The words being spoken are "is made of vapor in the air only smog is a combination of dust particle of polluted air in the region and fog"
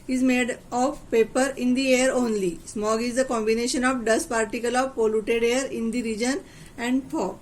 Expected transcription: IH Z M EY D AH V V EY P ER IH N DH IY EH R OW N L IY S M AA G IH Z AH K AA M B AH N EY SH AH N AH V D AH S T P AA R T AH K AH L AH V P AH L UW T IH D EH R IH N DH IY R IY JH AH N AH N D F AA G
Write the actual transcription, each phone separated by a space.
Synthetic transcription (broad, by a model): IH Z M EY D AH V P EY P ER IH N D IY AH R OW N L IY S M AA G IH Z AH K AA M B AH N EY SH AH N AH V D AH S P AA R T AH K AH L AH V P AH L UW T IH D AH R IH N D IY R IY JH AH N AH N D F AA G